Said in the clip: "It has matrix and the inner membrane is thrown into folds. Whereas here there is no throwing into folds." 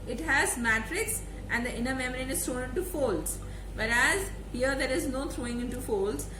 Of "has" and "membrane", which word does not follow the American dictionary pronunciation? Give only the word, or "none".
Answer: membrane